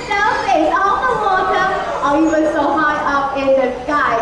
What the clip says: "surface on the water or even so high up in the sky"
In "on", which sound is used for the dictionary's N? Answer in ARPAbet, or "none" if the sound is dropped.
L